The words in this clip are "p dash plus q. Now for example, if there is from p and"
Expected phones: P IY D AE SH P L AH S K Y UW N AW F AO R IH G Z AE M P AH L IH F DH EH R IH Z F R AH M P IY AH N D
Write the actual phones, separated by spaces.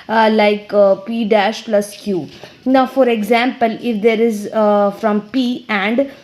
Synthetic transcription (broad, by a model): P IY D AE SH P L AH S K Y UW N AW F AO R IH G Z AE M P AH L IH F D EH R IH Z F R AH M P IY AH N D